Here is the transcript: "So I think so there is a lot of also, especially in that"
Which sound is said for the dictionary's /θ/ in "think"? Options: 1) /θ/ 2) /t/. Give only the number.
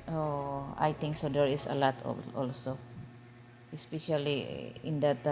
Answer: 2